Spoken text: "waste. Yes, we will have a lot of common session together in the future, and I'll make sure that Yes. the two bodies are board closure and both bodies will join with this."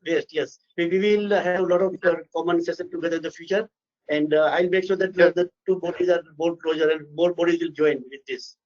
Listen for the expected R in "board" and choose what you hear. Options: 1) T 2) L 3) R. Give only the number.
2